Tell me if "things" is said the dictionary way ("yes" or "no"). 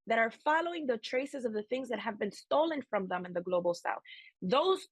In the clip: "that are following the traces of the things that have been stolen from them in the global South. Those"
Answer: yes